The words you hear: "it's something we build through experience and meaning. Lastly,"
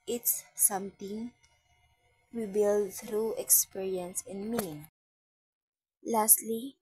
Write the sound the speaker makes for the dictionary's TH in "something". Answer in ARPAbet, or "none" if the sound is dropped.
T